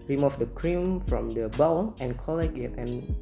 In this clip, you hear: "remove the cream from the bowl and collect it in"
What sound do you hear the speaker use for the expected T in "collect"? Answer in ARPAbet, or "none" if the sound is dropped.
none